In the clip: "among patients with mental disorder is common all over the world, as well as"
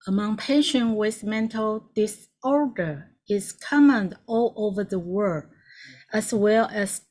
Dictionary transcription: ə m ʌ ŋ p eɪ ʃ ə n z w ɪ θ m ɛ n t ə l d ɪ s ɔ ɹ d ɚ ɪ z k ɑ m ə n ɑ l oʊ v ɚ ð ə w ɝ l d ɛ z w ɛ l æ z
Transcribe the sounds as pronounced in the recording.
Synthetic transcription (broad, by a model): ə m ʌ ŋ p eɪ ʃ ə n w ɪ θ m ɛ n t ə l d ɪ s ɔ ɹ d ɚ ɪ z k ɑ m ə n ɑ l oʊ v ɚ ð ə w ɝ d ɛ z w ɛ l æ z